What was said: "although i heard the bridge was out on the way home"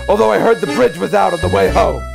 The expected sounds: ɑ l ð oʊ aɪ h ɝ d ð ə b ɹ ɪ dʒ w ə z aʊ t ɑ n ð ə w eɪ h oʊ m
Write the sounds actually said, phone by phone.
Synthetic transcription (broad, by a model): ɑ l ð oʊ aɪ h ɝ d ð ə b ɹ ɪ dʒ w ə z aʊ t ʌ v ð ə w eɪ h oʊ m